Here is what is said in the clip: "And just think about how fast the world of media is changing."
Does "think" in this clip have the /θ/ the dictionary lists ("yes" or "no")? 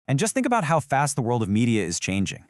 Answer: yes